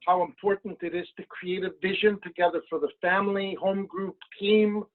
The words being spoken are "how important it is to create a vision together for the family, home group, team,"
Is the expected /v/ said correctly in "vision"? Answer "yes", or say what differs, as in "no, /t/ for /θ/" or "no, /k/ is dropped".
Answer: yes